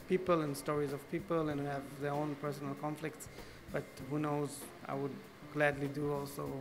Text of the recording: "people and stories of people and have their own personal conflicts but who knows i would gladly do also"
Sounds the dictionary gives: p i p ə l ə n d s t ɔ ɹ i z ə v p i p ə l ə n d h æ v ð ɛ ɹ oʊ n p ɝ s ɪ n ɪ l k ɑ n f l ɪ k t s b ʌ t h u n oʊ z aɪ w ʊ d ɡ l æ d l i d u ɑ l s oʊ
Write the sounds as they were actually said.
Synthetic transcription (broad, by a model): p i p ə l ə n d s t ɔ ɹ i z ə v p i p ə l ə n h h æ v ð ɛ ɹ oʊ n p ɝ s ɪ n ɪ l k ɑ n f l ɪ k t s b ʌ t h u n oʊ z aɪ w ʊ d ɡ l æ d l i d u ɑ l s oʊ